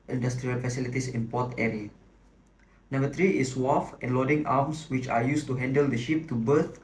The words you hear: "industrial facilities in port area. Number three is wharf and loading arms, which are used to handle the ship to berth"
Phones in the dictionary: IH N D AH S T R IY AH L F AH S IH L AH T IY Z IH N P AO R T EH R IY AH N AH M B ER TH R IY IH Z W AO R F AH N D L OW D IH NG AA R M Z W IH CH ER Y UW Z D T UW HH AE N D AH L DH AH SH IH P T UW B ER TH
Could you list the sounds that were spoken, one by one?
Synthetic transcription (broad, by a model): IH N D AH S T R IY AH L F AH S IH L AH T IY S IH N P AO T EH R IY AH N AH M B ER T R IY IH S W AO F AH N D L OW D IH NG AA M S W IH CH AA Y UW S T UW HH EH N D AH L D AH SH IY P T UW B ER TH